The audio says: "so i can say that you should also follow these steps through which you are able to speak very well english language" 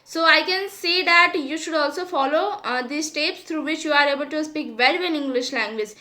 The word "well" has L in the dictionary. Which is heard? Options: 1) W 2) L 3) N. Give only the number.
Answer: 3